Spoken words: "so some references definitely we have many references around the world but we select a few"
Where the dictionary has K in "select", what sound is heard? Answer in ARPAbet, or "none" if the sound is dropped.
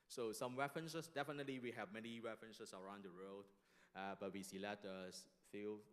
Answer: none